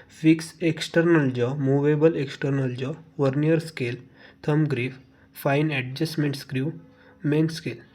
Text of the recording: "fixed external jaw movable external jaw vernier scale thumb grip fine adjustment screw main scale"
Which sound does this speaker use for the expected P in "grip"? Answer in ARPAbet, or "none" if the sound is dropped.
F